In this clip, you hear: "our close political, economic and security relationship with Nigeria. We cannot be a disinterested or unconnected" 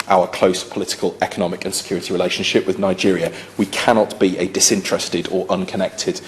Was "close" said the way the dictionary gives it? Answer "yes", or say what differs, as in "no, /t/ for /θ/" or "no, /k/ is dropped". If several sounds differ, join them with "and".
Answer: yes